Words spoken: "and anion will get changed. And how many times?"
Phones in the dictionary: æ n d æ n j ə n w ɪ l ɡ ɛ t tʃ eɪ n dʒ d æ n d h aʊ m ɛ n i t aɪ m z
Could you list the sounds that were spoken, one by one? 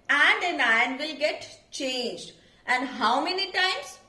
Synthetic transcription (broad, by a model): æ n d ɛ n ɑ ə n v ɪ l ɡ ɛ t tʃ eɪ n dʒ d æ n d h aʊ m ɛ n i t aɪ m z